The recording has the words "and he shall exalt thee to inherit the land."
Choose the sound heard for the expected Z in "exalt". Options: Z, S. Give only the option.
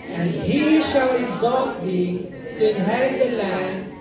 Z